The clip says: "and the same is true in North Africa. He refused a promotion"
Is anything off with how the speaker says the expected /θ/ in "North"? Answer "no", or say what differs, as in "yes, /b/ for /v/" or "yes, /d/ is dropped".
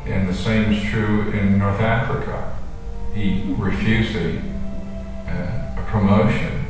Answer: no